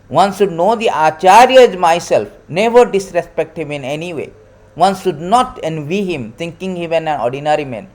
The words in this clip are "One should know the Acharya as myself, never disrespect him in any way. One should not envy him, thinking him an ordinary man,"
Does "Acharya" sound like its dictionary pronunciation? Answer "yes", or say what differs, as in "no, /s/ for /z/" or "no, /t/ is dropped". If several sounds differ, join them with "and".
yes